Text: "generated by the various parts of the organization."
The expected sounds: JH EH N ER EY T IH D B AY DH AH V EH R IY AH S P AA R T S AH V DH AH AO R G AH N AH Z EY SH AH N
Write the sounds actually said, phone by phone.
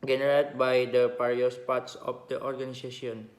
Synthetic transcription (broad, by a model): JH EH N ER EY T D B AY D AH P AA R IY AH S P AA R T S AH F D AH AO R G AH N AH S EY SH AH N